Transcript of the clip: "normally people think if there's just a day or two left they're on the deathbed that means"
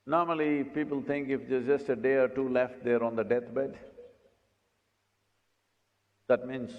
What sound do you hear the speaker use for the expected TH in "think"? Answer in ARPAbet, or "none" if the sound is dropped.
T